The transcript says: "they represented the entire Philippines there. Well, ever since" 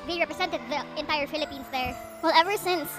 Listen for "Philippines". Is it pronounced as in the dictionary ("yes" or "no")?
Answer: no